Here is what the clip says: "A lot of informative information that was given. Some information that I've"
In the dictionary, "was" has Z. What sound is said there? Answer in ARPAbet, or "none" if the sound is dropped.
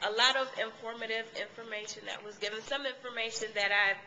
Z